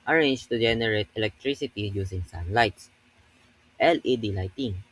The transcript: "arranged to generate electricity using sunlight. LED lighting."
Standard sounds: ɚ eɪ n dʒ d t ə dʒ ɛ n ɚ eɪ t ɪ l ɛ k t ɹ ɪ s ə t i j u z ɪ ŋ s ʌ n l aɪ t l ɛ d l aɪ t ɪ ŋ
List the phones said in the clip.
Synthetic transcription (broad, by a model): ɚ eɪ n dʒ t ə dʒ ɛ n ɚ eɪ t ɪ l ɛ k t ɹ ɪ s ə t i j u s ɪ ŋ s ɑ n l aɪ t l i d l aɪ t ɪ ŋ